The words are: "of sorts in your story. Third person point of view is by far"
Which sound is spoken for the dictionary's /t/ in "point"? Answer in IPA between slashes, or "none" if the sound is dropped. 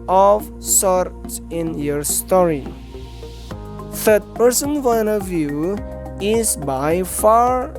none